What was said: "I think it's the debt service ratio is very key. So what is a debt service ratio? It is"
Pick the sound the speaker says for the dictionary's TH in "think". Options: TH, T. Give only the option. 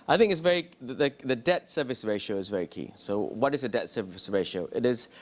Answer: TH